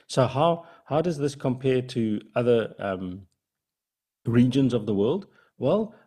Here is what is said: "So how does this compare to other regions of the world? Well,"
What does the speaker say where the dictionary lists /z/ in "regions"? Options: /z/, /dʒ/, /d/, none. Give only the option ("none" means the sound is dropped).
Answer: /z/